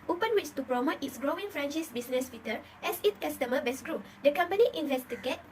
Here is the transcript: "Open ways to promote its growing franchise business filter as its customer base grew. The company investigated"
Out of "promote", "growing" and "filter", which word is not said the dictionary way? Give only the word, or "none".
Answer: filter